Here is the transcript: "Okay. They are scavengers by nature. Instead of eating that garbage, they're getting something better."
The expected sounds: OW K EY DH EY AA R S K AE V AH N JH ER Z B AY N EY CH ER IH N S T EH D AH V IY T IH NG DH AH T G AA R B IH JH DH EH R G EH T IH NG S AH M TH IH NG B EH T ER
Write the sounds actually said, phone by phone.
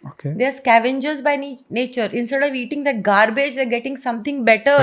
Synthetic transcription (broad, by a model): OW K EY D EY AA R S K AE V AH N JH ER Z B AY N EY CH ER IH N S T EH D AH V IY T IH NG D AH T G AA R B IH JH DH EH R G EH T IH NG S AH M T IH NG B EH T ER